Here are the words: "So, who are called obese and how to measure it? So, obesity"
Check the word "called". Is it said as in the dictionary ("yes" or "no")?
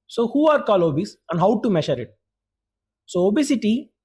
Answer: no